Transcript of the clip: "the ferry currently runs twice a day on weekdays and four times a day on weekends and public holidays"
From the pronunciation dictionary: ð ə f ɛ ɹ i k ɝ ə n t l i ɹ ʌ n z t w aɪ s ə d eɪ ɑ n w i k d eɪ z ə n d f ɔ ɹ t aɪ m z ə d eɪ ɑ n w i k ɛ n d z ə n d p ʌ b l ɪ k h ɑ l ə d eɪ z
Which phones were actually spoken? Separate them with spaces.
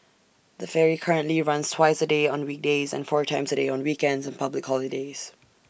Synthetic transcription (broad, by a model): ð ə f ɛ ɹ i k ɝ ə n t l i ɹ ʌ n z t w aɪ s ə d eɪ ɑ n w i k d eɪ z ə n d f ɔ ɹ t aɪ m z ə d eɪ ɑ n w i k ɛ n d z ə n p ʌ b l ɪ k h ɑ l ə d eɪ z